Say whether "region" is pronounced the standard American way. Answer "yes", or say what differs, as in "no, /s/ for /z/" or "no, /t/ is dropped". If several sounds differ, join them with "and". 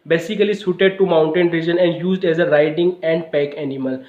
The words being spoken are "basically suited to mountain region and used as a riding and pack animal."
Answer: yes